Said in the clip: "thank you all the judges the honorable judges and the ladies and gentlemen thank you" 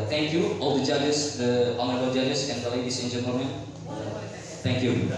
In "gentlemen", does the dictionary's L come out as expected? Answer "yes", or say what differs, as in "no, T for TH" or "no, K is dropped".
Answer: no, L is dropped